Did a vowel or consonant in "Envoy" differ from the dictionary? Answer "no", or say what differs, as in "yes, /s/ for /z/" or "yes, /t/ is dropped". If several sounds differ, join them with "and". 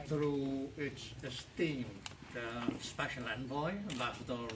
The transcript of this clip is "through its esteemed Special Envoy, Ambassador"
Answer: yes, /b/ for /v/